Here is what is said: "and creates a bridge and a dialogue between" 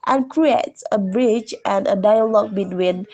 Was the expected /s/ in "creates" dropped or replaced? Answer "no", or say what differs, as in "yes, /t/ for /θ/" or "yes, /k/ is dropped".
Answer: no